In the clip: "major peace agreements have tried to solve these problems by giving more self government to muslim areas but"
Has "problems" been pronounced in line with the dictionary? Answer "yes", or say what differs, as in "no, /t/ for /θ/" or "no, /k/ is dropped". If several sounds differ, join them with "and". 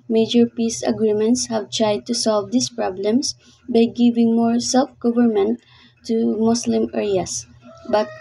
no, /s/ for /z/